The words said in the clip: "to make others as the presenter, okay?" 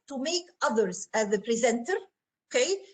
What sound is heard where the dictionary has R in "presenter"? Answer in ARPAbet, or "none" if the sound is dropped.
R